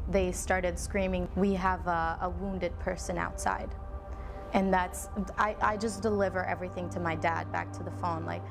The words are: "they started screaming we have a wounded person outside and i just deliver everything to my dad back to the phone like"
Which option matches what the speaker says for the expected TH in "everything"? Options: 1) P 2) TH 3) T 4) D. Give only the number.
2